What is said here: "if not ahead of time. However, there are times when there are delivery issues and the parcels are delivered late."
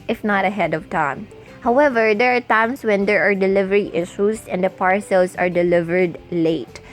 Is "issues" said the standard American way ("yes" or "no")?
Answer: no